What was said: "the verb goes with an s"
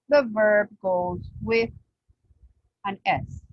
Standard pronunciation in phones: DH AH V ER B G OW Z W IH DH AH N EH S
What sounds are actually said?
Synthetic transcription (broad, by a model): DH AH V ER B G OW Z W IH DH AH N EH S